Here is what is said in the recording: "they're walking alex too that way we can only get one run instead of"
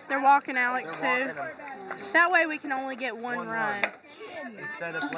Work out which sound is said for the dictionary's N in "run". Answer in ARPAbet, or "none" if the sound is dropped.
none